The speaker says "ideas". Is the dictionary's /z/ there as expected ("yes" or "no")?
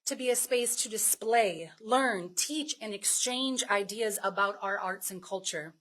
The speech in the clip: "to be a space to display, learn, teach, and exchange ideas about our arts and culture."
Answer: yes